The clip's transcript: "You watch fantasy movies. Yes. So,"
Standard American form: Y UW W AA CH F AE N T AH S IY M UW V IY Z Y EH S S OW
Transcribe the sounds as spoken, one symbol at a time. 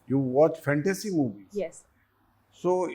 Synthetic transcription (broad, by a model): Y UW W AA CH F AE N T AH S IY M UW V IY Y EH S S OW